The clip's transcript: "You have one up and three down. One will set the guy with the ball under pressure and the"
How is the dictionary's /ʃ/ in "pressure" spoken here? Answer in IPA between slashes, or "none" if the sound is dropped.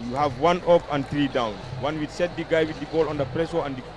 /s/